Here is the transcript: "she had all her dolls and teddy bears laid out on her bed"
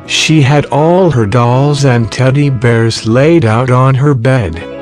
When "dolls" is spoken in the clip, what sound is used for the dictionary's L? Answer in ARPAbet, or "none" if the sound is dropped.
L